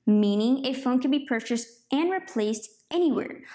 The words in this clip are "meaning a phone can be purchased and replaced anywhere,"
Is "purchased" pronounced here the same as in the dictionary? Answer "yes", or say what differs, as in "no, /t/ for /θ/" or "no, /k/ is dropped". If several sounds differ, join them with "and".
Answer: yes